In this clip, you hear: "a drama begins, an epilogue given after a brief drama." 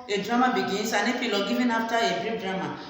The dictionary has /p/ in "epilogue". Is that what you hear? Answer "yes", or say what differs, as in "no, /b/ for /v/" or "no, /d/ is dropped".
no, /f/ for /p/